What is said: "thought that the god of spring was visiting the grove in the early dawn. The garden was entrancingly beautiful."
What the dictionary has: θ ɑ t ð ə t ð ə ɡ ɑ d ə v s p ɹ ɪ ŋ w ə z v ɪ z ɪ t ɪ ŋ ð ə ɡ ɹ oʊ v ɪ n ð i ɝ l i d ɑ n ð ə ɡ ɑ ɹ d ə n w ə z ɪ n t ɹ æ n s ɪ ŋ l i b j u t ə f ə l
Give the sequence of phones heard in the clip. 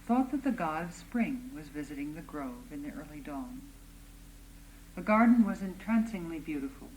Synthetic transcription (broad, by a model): θ ɑ t ð ə t ð ə ɡ ɑ d ə v s p ɹ ɪ ŋ w ə z v ɪ z ɪ t ɪ ŋ ð ə ɡ ɹ oʊ v ɪ n ð i ɝ l i d ɑ n ð ə ɡ ɑ ɹ d n w ə z ɪ n t ɹ æ n s ɪ ŋ l i b j u t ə f l